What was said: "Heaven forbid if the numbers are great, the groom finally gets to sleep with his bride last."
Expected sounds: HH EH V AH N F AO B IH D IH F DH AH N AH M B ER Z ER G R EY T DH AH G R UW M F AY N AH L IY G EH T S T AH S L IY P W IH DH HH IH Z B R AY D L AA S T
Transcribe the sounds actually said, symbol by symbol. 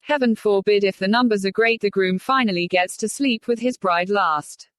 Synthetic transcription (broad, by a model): HH EH V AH N F AO B IH D IH F DH AH N AH M B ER Z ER G R EY T DH AH G R UW M F AY N AH L IY G EH T S T AH S L IY P W IH DH IH Z B R AY D L AA S T